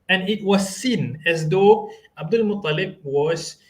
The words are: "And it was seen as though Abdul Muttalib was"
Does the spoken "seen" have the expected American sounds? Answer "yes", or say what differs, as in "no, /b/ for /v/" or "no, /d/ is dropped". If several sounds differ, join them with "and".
yes